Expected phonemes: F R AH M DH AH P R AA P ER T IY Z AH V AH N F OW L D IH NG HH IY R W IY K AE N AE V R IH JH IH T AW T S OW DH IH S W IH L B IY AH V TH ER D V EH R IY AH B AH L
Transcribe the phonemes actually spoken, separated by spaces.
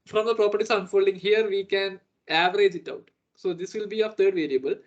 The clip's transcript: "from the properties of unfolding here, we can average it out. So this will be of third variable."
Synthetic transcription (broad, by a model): F R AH M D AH P R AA P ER T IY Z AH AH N F OW L D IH NG HH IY R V IY K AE N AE V R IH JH IH T AW T S OW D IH S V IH L B IY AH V T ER D V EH R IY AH B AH L